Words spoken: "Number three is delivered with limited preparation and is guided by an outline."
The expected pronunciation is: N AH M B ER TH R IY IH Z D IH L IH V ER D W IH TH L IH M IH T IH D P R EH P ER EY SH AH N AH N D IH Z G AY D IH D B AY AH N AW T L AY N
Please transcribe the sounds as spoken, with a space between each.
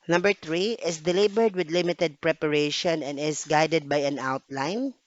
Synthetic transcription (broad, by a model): N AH M B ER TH R IY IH S D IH L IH B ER D W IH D L IH M IH T IH D P R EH P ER EY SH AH N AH N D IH S G AY D IH D B AY AH N AW T L AY N